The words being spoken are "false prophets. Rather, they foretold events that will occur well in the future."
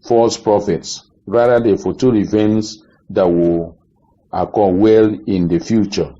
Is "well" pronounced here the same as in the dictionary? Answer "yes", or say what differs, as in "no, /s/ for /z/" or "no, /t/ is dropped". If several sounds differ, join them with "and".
yes